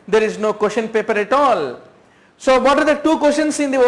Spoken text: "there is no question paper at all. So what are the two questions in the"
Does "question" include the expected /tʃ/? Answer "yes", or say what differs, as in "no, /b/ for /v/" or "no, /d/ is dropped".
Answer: no, /ʃ/ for /tʃ/